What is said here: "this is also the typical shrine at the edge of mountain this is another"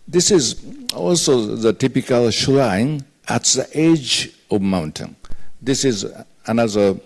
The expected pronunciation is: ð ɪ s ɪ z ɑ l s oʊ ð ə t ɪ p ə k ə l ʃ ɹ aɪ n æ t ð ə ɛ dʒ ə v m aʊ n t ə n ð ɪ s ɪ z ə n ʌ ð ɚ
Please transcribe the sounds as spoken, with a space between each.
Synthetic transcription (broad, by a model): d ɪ s ɪ z ɑ l s oʊ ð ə t ɪ p ə k ə l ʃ l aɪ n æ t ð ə ɛ dʒ ə v m aʊ n t ə n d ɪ s ɪ z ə n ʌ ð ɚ